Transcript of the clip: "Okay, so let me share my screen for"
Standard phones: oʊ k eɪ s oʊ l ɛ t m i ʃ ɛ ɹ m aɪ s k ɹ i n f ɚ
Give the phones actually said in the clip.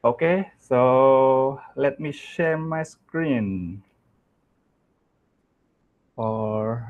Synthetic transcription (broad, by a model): oʊ k eɪ s oʊ l ɛ t m i ʃ ɛ ɹ m aɪ s k ɹ i n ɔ